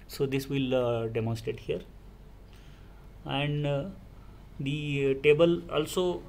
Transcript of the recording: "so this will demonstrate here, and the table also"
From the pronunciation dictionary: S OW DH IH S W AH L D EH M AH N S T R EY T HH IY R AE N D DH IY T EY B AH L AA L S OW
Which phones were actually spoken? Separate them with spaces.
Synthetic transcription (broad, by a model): S OW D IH S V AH L D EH M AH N S T EY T HH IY R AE N D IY T EY B AH L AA L S OW